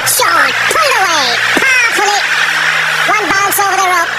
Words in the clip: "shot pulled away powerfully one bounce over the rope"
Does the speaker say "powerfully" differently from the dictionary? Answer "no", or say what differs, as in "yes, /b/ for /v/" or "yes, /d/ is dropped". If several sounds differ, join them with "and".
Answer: yes, /f/ is dropped